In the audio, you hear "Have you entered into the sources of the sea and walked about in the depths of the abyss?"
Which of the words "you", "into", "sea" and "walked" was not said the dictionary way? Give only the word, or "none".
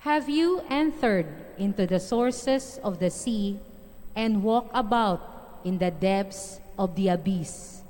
walked